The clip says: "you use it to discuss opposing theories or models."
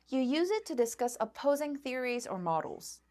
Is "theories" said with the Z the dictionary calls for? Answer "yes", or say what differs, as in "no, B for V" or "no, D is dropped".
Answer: yes